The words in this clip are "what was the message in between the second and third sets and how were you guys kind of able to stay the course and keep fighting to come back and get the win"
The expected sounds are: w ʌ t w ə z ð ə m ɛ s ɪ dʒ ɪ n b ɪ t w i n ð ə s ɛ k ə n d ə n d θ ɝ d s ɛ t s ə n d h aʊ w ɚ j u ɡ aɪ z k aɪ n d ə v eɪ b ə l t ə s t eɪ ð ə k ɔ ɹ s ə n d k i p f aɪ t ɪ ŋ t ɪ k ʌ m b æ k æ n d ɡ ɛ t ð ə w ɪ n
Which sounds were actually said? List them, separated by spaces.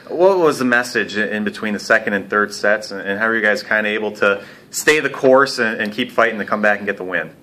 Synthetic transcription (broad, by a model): w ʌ t w ə z ð ə m ɛ s ɪ dʒ ɪ n b ɪ t w i n ð ə s ɛ k ə n d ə n θ ɝ d s ɛ t s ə n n h aʊ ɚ j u ɡ aɪ z k aɪ n d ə eɪ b l t ə s t eɪ ð ə k ɔ ɹ s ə n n k i p f aɪ t ɪ ŋ t ɪ k ʌ m b æ k n ɡ ɛ t ð ə w ɪ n